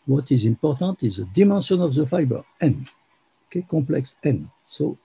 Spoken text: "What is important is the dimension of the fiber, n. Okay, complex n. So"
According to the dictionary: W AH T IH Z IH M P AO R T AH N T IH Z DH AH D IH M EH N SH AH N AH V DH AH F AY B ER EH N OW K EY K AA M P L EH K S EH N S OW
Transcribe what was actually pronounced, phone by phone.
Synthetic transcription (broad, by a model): W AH T IH Z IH M P AO R T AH T IH Z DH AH D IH M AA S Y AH N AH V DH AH F AY B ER EH N OW K EY K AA P L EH K S EH N S OW